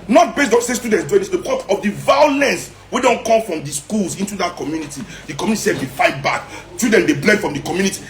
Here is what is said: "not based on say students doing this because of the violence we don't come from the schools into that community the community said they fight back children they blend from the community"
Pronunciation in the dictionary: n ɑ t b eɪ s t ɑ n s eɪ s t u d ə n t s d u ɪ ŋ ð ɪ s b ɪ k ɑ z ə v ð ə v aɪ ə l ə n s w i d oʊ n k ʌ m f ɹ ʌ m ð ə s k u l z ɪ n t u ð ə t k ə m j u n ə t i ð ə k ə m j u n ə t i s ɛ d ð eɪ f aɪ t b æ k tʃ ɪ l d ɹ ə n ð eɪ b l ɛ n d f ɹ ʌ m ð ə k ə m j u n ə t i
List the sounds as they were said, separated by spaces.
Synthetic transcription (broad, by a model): n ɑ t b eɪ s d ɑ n s eɪ s t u d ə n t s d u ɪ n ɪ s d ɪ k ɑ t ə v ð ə v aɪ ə l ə n s w i d oʊ n k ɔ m f ɹ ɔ m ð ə s k u l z ɪ n t u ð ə t k ə m j u n ə t i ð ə k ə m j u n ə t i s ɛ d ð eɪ f aɪ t b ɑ k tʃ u d ə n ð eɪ b l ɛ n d f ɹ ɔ m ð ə k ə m j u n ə t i